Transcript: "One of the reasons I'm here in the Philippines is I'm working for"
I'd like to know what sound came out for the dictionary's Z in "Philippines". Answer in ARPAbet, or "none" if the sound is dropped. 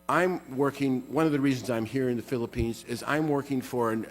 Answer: Z